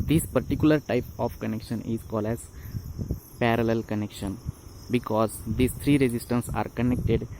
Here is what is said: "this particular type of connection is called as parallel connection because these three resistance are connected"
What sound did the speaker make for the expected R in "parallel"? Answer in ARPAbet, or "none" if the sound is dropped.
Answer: R